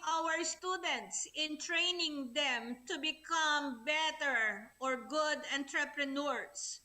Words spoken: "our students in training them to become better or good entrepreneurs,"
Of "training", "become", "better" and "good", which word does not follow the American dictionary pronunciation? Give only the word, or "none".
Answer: none